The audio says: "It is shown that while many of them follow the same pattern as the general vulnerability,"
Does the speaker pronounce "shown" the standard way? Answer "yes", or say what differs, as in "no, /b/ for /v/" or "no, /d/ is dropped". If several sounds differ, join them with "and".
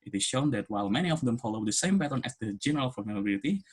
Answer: yes